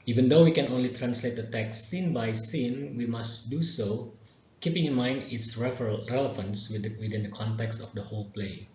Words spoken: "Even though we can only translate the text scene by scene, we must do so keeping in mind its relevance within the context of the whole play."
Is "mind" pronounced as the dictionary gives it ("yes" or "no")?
yes